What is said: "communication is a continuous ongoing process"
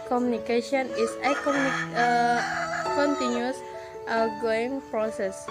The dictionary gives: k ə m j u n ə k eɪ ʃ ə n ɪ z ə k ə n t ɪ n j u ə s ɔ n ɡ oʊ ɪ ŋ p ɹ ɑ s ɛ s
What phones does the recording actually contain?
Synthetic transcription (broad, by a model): k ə m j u n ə k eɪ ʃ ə n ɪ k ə k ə n t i n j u s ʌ ɡ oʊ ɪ ŋ p ɹ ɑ s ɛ s